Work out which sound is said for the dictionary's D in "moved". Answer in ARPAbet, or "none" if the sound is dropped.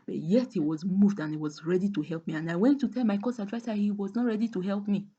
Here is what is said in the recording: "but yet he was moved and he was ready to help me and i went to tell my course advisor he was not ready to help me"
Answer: D